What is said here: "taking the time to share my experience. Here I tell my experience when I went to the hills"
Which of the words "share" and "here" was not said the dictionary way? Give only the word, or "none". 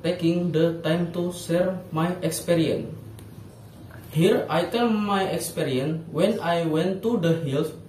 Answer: share